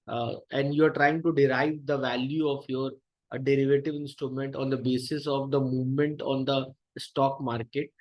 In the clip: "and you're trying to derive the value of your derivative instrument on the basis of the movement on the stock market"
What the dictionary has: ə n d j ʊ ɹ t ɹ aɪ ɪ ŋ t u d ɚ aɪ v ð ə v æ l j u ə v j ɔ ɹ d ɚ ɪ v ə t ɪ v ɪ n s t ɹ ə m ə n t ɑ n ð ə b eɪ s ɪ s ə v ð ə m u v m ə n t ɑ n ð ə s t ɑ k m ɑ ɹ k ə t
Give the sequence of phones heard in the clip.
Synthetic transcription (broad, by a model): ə n d j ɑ ɹ t ɹ aɪ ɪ ŋ t u d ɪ aɪ v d ə v æ l j u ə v j ɔ ɹ d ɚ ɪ v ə t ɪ v ɪ n s t ɹ ə m ə n t ɑ n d ə b eɪ s ɪ s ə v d ə m u v m ə n t ɑ n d ə s t ɑ k m ɑ ɹ k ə t